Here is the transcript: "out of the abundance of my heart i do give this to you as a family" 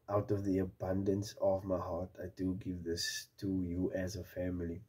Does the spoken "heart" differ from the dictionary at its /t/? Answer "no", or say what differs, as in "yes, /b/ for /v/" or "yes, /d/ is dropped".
no